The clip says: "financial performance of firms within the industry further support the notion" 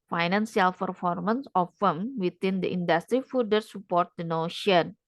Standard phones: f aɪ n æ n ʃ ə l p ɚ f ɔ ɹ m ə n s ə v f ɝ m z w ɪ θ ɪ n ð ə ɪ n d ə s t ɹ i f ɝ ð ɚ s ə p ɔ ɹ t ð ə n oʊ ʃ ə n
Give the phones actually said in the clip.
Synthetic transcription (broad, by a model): f aɪ n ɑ n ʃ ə l p ɚ f ɔ ɹ m ə n s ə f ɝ m w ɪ t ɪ n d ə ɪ n d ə s t ɹ i f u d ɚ s ə p ɔ ɹ t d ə n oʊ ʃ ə n